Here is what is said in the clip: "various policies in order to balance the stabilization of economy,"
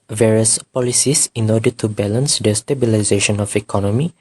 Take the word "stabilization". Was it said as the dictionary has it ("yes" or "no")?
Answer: yes